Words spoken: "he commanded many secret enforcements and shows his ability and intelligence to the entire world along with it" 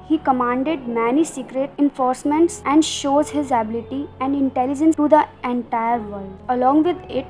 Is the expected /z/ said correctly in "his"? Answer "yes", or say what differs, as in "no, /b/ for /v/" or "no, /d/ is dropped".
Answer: yes